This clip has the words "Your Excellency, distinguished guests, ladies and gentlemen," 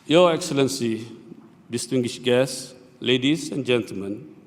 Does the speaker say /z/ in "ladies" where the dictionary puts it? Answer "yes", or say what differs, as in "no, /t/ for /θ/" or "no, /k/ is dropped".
no, /s/ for /z/